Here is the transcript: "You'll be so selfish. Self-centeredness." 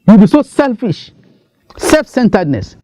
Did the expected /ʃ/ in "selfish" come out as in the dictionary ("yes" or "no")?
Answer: yes